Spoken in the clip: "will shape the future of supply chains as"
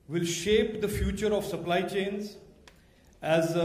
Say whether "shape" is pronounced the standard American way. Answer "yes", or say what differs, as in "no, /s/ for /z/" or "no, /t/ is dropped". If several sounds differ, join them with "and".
yes